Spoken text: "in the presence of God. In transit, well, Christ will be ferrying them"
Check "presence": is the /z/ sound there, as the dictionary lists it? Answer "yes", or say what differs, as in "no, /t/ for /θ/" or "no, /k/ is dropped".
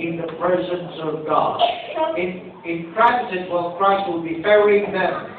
yes